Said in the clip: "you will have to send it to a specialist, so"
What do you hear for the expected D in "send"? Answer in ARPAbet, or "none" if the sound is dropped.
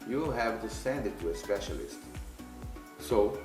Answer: D